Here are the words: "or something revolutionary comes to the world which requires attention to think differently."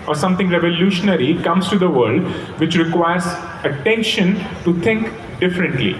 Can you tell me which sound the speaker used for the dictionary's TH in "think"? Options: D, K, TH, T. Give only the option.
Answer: T